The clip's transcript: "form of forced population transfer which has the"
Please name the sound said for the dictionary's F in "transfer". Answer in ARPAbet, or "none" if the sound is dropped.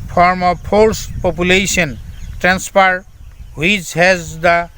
P